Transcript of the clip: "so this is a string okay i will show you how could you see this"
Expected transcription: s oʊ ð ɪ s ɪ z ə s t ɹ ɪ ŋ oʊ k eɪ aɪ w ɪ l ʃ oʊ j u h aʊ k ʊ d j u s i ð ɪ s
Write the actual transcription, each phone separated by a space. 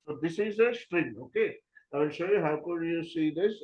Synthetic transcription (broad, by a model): s oʊ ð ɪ s ɪ z ə s t ɹ ɪ ŋ oʊ k eɪ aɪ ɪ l ʃ oʊ j u h aʊ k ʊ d j u s i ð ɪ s